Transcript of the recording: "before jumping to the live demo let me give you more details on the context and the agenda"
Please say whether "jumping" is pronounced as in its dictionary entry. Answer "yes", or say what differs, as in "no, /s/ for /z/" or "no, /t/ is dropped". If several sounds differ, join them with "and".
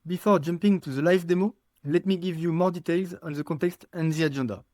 yes